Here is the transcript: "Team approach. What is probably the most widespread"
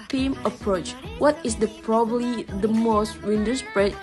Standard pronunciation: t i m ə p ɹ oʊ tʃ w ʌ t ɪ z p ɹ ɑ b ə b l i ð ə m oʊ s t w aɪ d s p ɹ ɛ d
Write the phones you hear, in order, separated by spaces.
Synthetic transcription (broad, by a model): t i m ə p ɹ oʊ tʃ w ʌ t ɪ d p ɹ ɑ b ə b l i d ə m oʊ s t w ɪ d s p ɹ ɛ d